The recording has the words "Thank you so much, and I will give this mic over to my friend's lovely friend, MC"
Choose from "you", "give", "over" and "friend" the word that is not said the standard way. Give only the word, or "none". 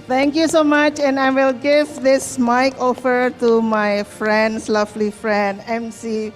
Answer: over